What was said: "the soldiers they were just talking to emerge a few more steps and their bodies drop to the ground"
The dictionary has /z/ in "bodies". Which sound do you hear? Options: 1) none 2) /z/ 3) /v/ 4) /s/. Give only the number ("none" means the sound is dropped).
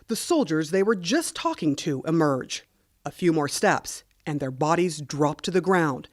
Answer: 2